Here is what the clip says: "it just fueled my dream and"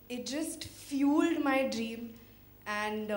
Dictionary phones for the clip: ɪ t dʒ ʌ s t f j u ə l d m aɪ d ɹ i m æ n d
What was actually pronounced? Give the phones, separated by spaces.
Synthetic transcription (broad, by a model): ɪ t dʒ ʌ s t f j u l d m aɪ d ɹ i m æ n d